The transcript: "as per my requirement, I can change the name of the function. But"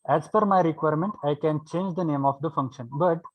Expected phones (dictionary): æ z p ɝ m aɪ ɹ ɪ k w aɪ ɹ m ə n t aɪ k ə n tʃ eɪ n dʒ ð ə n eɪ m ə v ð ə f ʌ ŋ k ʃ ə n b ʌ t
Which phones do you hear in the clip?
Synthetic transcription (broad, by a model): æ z f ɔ m aɪ ɹ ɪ k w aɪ ɹ m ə n t aɪ k ə n tʃ eɪ n dʒ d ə n eɪ m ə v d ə f ʌ ŋ k ʃ ə n b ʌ t